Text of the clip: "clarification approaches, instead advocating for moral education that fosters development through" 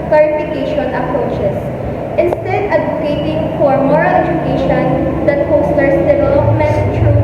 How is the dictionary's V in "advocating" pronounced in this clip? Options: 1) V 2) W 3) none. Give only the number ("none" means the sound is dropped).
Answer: 3